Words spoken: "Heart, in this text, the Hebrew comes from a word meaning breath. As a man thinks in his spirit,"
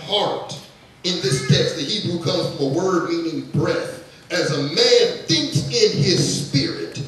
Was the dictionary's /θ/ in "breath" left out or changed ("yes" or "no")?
no